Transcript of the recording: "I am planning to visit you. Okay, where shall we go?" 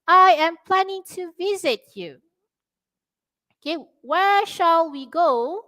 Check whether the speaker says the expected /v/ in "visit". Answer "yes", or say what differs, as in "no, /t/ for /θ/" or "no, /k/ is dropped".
yes